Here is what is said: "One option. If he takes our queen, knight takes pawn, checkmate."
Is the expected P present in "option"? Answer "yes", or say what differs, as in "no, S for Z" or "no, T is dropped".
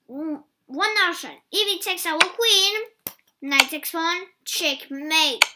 no, P is dropped